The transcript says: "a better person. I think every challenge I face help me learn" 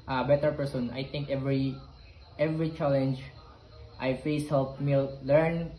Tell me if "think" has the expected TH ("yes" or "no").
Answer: no